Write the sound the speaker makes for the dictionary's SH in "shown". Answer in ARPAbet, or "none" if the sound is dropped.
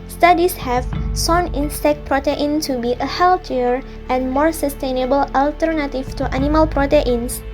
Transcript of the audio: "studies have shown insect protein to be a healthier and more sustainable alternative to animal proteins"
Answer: S